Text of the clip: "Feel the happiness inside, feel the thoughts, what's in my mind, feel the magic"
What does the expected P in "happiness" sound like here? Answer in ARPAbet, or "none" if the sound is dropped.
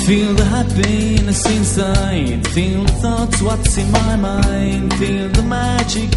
B